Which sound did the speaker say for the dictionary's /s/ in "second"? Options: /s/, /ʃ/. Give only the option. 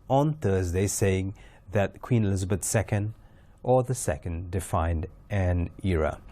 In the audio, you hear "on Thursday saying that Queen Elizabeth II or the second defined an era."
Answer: /s/